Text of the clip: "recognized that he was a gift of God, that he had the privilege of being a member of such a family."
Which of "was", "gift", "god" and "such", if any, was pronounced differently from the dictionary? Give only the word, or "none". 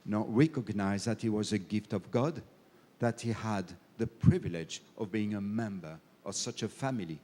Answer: none